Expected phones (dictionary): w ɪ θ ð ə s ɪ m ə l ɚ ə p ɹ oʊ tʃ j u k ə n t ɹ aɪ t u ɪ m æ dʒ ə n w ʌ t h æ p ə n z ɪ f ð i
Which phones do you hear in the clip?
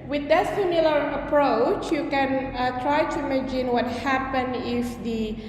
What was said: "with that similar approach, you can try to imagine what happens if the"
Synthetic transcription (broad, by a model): w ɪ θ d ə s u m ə l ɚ ə p ɹ oʊ tʃ j u k ə n t ɹ aɪ t u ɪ m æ dʒ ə n w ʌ t h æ p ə n ɪ f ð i